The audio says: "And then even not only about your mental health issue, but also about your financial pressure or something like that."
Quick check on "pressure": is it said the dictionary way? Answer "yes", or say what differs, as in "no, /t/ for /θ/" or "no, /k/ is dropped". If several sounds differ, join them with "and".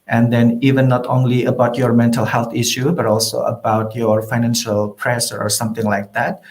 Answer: no, /s/ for /ʃ/